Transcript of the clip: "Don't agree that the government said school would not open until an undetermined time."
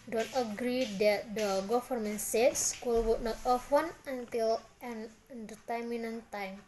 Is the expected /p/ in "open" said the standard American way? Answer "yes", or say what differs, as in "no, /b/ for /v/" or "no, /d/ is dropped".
no, /f/ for /p/